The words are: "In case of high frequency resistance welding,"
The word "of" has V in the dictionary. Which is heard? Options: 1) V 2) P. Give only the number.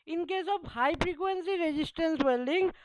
2